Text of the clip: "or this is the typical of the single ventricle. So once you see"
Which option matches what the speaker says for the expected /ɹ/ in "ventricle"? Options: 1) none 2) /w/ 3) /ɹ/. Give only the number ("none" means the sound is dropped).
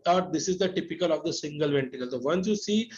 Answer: 1